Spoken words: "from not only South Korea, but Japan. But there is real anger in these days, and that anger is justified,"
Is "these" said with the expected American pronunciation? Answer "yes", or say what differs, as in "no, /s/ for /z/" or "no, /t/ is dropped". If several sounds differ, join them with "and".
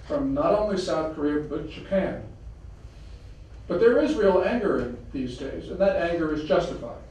yes